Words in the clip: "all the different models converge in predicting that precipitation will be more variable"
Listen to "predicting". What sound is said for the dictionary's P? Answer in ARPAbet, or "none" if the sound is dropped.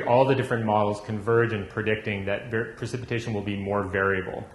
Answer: P